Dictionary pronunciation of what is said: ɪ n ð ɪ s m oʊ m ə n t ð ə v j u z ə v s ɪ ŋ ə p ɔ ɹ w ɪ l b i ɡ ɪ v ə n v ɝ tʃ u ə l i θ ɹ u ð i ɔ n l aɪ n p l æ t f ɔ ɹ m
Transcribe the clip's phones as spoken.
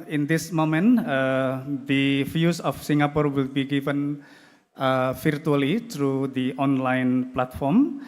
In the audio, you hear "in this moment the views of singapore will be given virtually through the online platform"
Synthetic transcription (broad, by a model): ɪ n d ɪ s m oʊ m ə n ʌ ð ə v j u s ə f s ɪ ŋ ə p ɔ ɹ w ɪ l b i ɡ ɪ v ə n f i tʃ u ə l i t ɹ u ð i ɔ n l aɪ n p l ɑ t f ɔ ɹ m